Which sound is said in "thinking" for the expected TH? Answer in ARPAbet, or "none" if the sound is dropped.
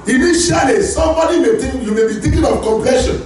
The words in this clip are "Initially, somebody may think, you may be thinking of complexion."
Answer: T